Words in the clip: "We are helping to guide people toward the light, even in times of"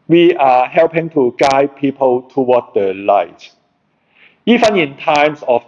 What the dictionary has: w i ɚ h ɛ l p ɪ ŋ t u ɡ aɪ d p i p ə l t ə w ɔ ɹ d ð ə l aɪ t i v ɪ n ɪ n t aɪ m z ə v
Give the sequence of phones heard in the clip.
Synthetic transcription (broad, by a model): w i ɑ h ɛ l p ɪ ŋ t u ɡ aɪ p i p ə l t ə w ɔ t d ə l aɪ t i f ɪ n ɪ n t aɪ m s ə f